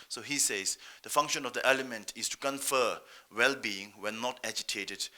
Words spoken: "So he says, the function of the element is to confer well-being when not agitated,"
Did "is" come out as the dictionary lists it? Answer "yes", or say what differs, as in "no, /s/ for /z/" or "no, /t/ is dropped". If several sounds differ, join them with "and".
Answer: no, /s/ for /z/